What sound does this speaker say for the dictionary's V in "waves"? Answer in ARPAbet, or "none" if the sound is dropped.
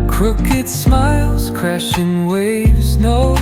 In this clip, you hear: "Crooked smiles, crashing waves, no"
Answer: V